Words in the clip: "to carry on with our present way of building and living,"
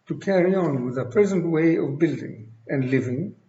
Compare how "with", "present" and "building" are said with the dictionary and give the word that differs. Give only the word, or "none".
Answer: none